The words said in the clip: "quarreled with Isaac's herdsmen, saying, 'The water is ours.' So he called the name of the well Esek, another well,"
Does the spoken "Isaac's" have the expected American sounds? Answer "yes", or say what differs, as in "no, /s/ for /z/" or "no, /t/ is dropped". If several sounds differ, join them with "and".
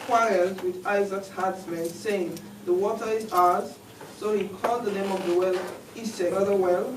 yes